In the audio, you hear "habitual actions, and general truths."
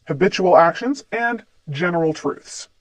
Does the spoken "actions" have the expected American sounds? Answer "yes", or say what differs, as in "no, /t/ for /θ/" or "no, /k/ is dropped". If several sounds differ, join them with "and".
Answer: yes